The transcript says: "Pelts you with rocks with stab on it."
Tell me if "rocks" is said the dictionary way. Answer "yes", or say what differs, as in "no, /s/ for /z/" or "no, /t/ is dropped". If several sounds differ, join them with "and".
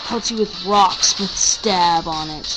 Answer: yes